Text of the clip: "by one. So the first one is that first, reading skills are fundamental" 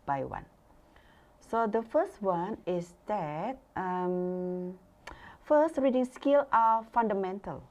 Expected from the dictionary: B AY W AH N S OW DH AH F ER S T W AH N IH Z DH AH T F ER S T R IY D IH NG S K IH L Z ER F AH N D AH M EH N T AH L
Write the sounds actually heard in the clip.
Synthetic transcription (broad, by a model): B AY W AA N S OW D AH F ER S T W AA N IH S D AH T F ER S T R IY D IH NG S K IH L AA F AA N D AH M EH N T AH L